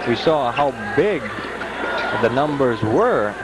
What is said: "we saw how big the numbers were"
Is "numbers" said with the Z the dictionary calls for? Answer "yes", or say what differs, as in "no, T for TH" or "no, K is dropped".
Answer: yes